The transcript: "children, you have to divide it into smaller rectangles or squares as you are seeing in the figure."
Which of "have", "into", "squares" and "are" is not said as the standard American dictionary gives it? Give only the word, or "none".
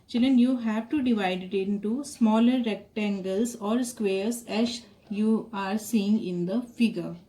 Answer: squares